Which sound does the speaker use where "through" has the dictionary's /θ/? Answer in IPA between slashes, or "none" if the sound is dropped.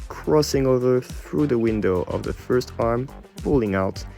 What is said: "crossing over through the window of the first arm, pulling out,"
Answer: /θ/